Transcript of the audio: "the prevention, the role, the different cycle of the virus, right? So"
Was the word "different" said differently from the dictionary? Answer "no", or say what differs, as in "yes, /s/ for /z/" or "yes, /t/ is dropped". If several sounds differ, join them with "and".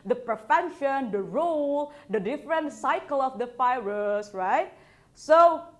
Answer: no